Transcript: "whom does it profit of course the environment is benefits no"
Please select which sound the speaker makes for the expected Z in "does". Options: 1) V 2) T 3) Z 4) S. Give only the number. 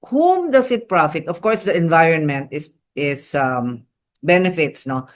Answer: 4